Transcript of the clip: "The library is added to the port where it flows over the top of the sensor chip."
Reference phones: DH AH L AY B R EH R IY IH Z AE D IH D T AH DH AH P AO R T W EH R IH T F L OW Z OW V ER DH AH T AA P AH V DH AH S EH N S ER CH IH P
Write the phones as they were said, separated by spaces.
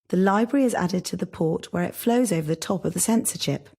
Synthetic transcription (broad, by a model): DH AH L AY B R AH R IY IH Z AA D IH D T AH DH AH P AO T W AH R IH T F L OW Z OW V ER DH AH T AA P AH V DH AH S EH N S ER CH IH P